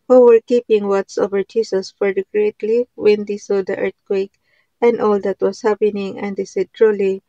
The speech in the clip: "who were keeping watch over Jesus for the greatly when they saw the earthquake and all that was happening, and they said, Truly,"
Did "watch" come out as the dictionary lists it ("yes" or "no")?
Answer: no